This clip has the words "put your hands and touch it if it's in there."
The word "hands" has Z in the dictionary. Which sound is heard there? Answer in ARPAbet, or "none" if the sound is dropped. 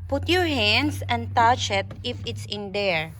S